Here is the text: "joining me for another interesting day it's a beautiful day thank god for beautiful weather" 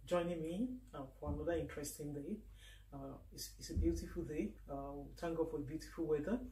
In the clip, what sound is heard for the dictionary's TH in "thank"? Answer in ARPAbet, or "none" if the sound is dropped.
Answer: T